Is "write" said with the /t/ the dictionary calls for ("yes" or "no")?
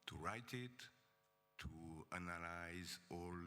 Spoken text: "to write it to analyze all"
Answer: yes